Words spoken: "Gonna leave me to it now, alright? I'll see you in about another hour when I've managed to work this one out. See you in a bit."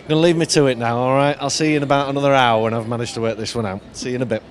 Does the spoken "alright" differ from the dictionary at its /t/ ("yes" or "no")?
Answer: no